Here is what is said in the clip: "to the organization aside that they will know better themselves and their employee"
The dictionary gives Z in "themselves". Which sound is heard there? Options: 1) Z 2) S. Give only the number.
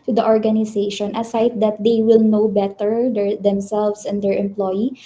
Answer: 2